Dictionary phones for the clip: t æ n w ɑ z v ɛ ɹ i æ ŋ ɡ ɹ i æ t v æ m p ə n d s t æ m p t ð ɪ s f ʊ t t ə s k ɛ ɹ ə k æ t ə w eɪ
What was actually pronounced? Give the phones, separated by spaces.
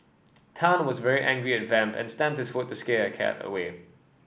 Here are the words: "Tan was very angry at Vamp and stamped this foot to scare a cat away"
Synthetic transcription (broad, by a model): t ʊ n w ɑ z v ɛ ɹ i æ ŋ ɡ ɹ i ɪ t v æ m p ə n s t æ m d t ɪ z f ʊ t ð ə s k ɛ k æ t ə w eɪ